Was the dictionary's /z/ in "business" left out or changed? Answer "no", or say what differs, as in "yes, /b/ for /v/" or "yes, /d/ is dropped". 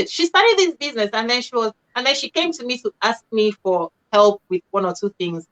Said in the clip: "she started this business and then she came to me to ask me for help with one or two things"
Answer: no